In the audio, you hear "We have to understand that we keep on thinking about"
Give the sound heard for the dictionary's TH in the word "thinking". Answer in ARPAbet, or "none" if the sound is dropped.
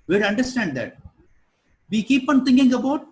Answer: T